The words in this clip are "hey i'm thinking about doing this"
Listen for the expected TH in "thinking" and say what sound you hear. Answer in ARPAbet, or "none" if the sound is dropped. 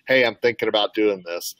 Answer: TH